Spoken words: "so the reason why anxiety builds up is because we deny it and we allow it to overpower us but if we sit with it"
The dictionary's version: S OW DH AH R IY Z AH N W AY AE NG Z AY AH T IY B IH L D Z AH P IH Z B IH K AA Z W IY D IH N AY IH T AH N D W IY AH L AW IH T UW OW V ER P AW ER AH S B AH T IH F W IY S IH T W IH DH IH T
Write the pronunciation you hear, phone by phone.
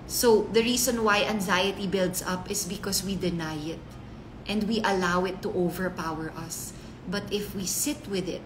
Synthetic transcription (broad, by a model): S OW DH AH R IY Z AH N W AY AE NG Z AY AH T IY B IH L D S AH P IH S B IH K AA S W IY D IH N AY IH T AH N D W IY AH L AW IH T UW OW V ER P AW ER AH S B AH T IH F W IY S IH T W IH DH IH T